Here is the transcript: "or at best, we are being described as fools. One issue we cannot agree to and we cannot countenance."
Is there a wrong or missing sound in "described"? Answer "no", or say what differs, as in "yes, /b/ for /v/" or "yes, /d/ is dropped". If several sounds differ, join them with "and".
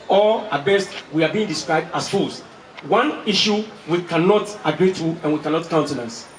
no